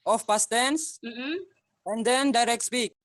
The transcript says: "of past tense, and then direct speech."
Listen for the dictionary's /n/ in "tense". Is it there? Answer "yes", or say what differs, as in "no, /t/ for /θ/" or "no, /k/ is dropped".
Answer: yes